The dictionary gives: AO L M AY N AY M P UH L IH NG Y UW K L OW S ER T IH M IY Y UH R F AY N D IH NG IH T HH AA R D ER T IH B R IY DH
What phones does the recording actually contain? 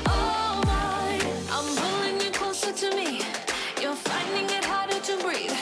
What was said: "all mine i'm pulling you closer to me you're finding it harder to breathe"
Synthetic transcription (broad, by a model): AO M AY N AY M B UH L IH NG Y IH K L OW S ER T IH M IY Y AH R F AY N D IH NG IH T HH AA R D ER T IH B R IY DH